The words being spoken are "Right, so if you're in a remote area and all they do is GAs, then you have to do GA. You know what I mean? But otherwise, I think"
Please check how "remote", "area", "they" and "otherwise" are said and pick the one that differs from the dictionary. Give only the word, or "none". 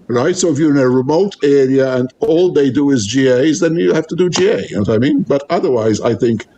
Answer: none